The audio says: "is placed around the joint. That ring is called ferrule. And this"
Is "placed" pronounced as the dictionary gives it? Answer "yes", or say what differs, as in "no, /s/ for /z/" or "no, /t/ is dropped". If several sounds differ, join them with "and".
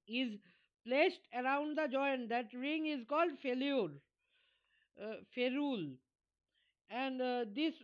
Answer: yes